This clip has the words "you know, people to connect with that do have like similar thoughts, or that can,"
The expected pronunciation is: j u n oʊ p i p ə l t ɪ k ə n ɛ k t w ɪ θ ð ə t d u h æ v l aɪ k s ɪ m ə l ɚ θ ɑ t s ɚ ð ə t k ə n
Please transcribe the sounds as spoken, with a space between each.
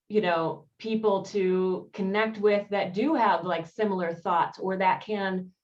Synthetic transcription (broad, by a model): j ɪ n oʊ p i p l t ɪ k ə n ɛ k t w ɪ ð ə t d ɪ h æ v l aɪ k s ɪ m l ɚ θ ɑ t s ɚ ð ə t k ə n